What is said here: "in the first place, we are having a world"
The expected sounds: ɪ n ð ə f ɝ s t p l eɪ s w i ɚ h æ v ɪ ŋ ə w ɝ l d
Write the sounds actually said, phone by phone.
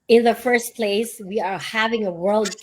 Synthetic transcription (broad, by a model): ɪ n ð ə f ɝ s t p l eɪ s w i ɚ h æ v ɪ ŋ ə w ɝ l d